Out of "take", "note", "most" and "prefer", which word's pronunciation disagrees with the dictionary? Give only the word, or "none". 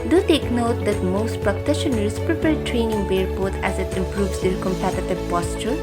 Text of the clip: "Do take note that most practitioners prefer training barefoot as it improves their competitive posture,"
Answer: prefer